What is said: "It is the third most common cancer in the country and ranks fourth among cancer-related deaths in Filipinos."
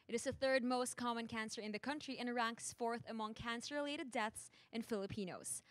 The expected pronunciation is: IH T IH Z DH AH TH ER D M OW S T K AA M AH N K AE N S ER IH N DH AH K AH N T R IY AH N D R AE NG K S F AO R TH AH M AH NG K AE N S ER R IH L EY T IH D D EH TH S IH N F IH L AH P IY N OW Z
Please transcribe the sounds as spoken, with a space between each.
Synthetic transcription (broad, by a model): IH T IH Z DH AH TH ER D M OW S T K AA M AH N K AE N S ER IH N DH AH K AH N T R IY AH N R AE NG K S F AO R TH AH M AH NG K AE N S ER R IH L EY T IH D D EH TH S IH N F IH L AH P IY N OW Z